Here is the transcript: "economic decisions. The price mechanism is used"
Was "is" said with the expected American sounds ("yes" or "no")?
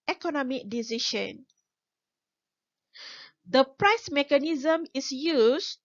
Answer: no